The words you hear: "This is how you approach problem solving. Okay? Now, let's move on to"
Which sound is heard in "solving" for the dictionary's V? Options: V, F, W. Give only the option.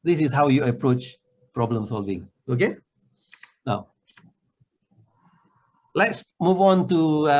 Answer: V